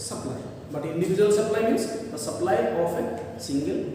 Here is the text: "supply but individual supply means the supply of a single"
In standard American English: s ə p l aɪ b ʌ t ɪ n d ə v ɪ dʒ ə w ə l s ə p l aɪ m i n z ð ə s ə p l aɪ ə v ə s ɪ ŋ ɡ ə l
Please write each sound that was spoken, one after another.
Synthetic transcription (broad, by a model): s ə p l aɪ b ʌ t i n d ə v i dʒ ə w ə l s ə p l aɪ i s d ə s ə p l aɪ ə p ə s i ŋ ɡ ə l